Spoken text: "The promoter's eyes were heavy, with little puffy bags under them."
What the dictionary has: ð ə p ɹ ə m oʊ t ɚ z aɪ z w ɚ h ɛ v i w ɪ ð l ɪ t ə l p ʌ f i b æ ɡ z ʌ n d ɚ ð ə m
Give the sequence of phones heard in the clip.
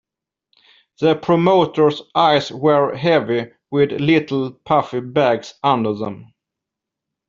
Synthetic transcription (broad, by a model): ð ə p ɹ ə m oʊ t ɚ s aɪ s w ɚ h ɛ v i w ɪ ð l ɪ t l p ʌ f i b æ ɡ s ʌ n d ɚ ð ə m